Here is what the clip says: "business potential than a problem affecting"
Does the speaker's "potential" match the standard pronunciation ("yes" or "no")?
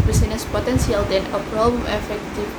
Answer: no